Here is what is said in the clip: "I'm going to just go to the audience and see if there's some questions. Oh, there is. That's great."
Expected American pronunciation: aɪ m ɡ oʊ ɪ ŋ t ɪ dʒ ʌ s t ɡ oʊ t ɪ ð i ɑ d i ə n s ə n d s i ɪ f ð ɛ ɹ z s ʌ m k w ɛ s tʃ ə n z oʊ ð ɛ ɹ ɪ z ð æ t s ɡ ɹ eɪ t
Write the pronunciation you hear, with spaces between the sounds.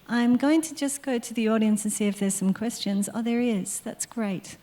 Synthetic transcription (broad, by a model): aɪ m ɡ oʊ ɪ ŋ t ɪ dʒ ʌ s ɡ oʊ t ɪ ð i ɑ d i ə n s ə n s i ɪ f ð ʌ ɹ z s ʌ m k w ɛ s tʃ ə n z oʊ ð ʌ ɹ ɪ z ð æ t s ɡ ɹ eɪ t